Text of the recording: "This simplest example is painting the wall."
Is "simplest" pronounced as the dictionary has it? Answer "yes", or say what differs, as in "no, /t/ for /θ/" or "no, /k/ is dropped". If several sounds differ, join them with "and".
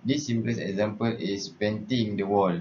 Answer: no, /t/ is dropped